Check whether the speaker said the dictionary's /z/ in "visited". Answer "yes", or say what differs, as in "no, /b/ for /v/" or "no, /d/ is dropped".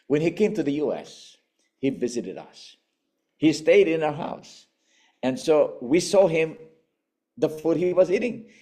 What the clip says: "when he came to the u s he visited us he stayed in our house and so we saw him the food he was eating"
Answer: yes